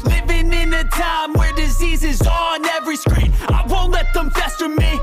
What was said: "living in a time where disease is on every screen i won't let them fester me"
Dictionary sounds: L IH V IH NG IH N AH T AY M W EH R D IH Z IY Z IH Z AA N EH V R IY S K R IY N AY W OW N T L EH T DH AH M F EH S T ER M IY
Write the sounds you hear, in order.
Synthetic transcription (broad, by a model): L IH V IH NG IH N AH T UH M W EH R D IH Z IY Z IH Z N EH V R IY S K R IY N AY W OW N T L EH T DH AH M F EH S T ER M IY